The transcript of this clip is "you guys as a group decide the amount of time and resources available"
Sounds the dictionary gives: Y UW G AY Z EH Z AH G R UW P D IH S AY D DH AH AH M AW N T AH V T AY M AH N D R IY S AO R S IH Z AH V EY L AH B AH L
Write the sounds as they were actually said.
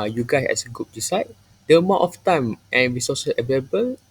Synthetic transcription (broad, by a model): Y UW G AY S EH S AH G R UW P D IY S AY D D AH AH M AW T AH F T AY M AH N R IY S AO S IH S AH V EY L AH B AH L